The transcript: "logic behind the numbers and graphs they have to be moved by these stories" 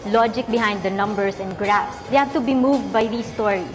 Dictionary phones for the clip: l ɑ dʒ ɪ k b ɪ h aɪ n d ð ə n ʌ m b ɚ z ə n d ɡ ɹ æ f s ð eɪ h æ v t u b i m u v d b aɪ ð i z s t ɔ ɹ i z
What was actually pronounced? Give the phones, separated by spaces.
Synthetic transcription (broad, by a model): l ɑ dʒ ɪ k b ɪ h aɪ n d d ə n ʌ m b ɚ s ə n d ɡ ɹ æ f s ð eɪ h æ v t u b i m u v d b aɪ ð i s t ɔ ɹ i